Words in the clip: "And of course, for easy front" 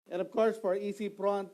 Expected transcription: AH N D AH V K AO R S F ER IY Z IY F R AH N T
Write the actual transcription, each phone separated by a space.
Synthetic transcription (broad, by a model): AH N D AH V K AO R S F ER IY S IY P R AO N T